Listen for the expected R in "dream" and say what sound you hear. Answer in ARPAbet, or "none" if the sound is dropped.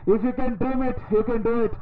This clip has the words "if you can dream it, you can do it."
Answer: none